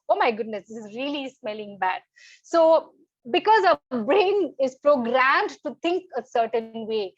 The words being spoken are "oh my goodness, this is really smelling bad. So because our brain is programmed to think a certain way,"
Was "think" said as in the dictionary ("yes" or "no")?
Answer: no